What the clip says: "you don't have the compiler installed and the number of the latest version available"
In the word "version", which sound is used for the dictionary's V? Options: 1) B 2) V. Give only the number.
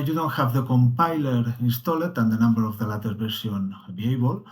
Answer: 1